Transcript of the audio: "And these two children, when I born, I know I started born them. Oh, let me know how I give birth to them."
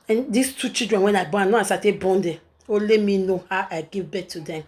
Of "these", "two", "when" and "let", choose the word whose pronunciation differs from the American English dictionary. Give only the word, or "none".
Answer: these